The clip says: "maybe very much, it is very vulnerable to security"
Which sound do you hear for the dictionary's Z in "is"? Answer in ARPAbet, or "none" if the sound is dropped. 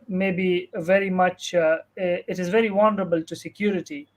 Z